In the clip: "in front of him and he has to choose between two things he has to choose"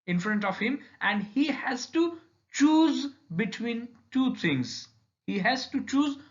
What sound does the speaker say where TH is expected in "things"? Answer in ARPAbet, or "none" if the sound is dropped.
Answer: T